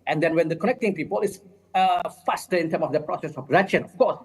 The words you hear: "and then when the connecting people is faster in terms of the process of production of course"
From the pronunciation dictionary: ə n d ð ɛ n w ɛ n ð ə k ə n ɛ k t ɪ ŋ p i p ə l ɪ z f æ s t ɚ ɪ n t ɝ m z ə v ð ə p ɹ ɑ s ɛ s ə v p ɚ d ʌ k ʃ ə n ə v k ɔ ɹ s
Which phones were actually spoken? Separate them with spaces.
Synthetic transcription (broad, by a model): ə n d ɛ n w ɛ n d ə k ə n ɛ k t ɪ ŋ p i p ə l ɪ s f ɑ s t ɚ ɪ n t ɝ m ə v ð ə p ɹ ɑ s ɛ s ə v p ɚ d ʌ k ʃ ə n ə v k ɔ s